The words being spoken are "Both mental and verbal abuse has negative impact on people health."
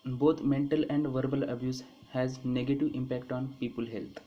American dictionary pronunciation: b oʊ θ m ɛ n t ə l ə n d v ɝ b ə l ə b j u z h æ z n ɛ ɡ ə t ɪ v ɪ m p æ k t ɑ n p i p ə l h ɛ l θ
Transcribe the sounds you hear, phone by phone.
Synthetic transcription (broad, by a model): b oʊ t m ɛ n t ə l ə n d v ɝ b ə l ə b j u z h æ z n ɛ ɡ ə t ɪ v ɪ m p æ k t ɑ n p i p ə l h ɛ l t